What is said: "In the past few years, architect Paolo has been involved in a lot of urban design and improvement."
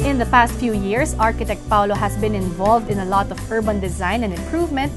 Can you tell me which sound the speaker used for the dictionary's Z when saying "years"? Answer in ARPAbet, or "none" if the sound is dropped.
S